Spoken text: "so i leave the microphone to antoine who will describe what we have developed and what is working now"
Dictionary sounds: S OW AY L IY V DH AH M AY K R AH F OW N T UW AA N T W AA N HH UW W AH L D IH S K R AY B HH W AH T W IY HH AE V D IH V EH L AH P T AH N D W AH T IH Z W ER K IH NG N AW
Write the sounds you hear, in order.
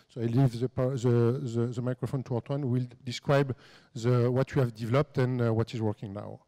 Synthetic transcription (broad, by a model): S OW AY L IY V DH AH M AY K R AH F OW N T UW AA T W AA N W AH L D IH S K R AY B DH W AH T W IY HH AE V D IH V EH L AH P T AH N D W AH T IH Z W ER K IH NG N AW